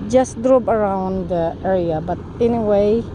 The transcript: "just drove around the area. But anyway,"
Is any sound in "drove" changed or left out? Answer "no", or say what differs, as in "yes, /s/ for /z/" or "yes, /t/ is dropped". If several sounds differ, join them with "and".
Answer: yes, /p/ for /v/